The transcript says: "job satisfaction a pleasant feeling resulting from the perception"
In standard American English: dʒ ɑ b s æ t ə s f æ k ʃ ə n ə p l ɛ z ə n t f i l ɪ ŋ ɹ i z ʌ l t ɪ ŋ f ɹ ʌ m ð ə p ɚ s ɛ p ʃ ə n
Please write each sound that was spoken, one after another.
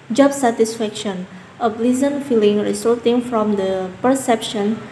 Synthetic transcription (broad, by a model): dʒ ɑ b s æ t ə s f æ k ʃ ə n ə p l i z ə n f i l ɪ ŋ ɹ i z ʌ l t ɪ ŋ f ɹ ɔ m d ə p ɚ s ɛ p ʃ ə n